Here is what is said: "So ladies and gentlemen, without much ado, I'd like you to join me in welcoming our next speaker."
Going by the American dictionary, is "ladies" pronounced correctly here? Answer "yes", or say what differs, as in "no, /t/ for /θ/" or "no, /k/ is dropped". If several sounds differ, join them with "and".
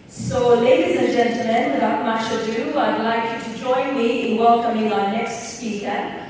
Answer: yes